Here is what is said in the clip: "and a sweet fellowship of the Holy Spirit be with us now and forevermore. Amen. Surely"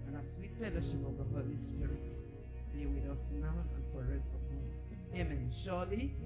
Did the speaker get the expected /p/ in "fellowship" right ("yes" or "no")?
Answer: yes